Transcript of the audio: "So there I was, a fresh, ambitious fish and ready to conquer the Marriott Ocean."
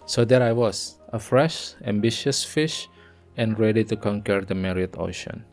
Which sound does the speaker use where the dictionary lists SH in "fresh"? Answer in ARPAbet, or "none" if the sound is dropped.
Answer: SH